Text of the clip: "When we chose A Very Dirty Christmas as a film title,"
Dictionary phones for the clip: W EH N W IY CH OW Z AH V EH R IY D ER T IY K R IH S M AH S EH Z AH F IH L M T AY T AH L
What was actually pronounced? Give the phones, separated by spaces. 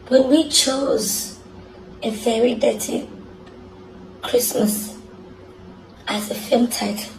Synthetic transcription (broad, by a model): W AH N W IY CH OW Z AH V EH R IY D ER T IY K R IH S M AH S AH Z AH F IH L M T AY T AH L